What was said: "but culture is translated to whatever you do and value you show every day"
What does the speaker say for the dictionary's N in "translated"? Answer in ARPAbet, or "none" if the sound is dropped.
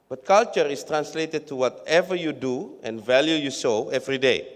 N